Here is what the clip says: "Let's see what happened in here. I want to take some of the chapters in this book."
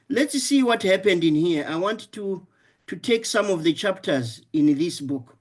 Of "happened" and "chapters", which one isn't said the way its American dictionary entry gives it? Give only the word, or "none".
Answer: none